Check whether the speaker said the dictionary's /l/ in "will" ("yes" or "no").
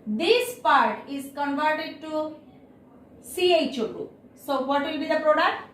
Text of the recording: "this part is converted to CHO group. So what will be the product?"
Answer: yes